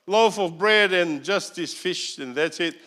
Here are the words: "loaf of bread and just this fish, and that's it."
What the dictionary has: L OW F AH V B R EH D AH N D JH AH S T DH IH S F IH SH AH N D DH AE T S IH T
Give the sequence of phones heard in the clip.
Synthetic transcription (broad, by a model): L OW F AH V B R EH D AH N JH AH S T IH S F IH SH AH N DH AE T S IH T